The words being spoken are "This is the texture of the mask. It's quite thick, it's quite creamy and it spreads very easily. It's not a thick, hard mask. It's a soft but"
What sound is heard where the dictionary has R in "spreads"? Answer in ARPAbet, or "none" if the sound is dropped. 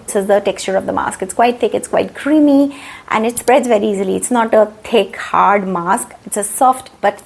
R